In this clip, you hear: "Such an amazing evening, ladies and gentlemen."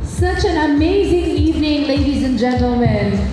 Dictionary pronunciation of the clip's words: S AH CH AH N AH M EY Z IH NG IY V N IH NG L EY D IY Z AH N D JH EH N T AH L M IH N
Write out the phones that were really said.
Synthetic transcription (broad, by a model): S AH CH AH N AH M EY Z IH NG IY V N IH NG L EY D IY Z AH N JH EH N T L M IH N